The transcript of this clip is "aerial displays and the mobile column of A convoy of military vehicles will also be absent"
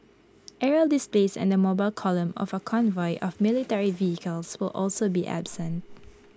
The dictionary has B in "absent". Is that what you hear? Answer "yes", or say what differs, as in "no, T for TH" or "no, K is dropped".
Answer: yes